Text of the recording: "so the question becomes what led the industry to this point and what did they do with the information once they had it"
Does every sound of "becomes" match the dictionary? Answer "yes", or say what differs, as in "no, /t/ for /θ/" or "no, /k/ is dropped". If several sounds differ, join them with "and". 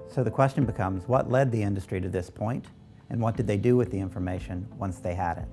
yes